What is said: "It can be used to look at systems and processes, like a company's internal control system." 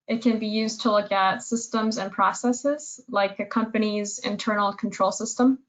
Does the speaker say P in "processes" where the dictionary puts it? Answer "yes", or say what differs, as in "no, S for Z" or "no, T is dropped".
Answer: yes